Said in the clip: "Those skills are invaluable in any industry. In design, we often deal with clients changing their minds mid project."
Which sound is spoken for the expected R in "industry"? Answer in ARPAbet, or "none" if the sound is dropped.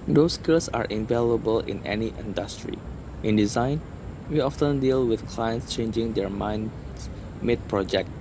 R